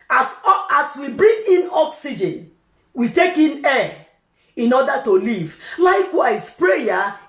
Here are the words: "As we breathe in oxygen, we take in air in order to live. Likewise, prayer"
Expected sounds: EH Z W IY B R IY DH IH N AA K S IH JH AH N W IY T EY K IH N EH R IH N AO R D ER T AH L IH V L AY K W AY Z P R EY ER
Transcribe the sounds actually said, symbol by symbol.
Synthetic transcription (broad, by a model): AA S W IY B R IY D IH N AA K S IH JH AH N W IY T EY K IH N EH IH N AO D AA T AH L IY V L AY K W AY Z P R EY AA